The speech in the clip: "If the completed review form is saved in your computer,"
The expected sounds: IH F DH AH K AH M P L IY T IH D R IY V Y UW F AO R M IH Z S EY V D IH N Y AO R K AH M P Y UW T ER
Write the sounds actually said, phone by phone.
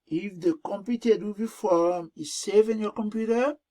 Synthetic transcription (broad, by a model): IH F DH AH K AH M P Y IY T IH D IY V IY F AO R M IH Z S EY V IH N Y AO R K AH M P Y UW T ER